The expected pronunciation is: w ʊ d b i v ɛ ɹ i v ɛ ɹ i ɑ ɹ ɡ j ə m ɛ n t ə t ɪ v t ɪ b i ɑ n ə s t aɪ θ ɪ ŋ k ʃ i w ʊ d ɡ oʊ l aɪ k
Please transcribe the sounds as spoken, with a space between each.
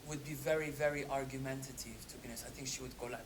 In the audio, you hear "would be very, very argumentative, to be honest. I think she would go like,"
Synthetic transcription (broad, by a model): w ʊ d b i v ɛ ɹ i v ɛ ɹ i ɑ ɹ ɡ j ə m ɛ n t ə t ɪ v t ɪ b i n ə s aɪ θ ɪ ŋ k ʃ i w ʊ d ɡ oʊ l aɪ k